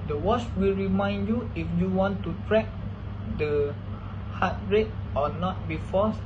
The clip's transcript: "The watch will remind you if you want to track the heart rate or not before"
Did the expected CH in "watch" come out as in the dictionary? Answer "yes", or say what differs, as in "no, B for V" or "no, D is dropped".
no, S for CH